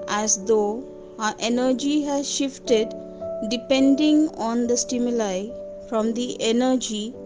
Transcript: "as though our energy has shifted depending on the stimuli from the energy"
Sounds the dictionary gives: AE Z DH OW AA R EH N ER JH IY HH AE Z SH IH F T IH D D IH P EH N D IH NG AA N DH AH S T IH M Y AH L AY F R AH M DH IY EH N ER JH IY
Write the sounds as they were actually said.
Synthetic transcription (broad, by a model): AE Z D OW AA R EH N ER JH IY HH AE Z SH IH F T IH D D IH P EH N D IH NG AA N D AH S T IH M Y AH L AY F R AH M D IY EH N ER JH IY